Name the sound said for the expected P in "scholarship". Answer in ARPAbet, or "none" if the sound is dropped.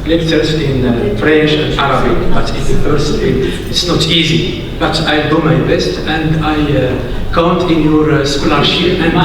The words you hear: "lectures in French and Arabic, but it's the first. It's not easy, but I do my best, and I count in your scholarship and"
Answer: none